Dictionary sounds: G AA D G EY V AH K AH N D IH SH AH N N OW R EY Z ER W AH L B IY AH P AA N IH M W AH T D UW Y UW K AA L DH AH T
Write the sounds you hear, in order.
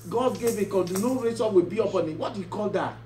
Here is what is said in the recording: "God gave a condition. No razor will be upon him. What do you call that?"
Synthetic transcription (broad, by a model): G AA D G EY V AH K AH D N N OW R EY S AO W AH B IY AH P AA N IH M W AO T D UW Y UW K AA L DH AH T